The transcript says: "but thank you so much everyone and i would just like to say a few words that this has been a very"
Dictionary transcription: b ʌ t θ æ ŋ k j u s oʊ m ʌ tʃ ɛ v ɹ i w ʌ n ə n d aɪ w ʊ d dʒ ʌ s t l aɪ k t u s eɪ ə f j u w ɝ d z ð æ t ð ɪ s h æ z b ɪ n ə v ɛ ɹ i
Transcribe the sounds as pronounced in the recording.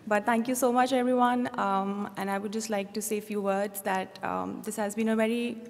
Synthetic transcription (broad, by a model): b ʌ t t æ ŋ k j u s oʊ m ʌ tʃ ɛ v ɹ i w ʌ n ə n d aɪ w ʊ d dʒ ʌ s t l aɪ k t u s eɪ ə f j u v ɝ d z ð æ t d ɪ s h æ z b ɪ n ə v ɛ ɹ i